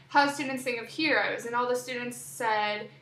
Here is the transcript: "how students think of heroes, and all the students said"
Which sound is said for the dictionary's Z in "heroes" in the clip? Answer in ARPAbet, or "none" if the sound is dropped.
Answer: Z